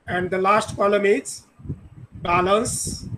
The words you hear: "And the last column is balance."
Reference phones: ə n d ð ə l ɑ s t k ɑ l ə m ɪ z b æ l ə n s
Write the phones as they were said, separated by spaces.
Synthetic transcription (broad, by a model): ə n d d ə l ɑ s t k ɑ l ə m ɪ s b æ l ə n s